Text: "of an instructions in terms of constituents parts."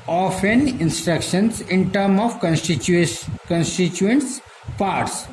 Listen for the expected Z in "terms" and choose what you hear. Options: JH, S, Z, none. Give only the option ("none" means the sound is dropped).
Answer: none